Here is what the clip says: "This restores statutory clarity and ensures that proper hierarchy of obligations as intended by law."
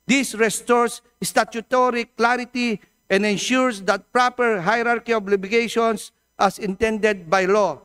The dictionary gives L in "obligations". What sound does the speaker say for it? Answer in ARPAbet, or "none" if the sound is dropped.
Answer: none